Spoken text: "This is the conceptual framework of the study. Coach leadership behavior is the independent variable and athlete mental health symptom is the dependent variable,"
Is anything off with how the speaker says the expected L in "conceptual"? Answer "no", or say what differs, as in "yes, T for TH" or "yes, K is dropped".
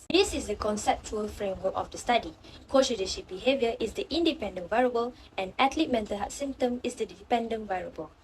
no